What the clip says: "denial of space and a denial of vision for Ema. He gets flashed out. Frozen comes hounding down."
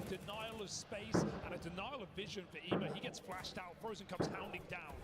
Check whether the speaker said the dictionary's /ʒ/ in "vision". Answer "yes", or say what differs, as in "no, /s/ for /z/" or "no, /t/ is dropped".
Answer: yes